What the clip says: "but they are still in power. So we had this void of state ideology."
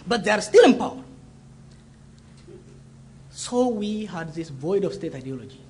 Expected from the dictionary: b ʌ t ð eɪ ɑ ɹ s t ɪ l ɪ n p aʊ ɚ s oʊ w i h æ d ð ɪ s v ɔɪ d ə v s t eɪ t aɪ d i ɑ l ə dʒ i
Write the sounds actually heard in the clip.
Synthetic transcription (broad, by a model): b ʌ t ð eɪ ɑ ɹ s t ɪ l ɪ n p aʊ ɚ s oʊ w i h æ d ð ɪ s v ɔɪ d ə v s t eɪ t aɪ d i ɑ l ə dʒ i